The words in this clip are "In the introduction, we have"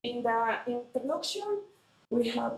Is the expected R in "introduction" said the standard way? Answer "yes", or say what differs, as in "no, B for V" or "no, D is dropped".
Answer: no, R is dropped